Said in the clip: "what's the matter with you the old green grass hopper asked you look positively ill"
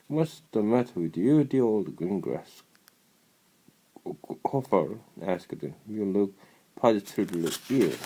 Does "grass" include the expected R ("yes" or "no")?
yes